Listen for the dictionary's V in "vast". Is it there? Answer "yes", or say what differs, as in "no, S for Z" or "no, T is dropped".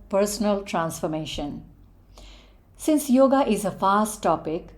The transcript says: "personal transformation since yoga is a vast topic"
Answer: no, F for V